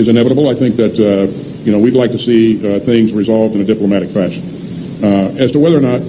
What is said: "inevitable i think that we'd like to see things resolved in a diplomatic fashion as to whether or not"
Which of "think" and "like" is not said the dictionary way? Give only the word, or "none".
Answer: none